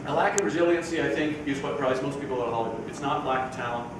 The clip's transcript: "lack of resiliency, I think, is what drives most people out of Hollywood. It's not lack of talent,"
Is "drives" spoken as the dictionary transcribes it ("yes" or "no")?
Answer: no